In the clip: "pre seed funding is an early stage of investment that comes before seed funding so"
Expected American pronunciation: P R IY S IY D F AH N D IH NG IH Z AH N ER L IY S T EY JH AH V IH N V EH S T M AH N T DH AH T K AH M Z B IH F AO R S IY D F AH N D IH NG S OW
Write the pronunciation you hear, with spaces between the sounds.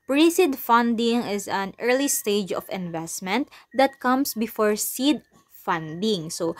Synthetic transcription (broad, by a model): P R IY S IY D F AH N D IH NG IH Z AH N ER L IY S T EY JH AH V IH N V EH S T M AH N T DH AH T K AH M S B IH F AO R S IY D F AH N D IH NG S OW